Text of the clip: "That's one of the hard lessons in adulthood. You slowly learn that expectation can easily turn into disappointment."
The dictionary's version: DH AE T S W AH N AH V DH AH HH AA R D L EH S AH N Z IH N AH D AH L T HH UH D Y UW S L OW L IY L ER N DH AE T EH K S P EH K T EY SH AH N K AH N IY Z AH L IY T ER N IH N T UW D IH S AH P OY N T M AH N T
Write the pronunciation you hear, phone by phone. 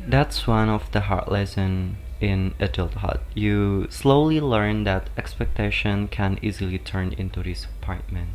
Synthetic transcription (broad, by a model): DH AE T S W AH N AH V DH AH HH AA R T L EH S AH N IH N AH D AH L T HH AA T Y UW S L OW L IY L ER N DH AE T EH K S P EH K T EY SH AH N K AH N IY Z AH L IY T ER N IH N T UW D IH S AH P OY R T M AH N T